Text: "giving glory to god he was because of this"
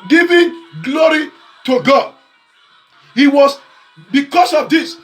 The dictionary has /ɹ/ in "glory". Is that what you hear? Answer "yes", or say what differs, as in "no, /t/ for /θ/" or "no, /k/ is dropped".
yes